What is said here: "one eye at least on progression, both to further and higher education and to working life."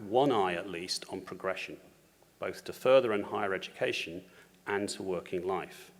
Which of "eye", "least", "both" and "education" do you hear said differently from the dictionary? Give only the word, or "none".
none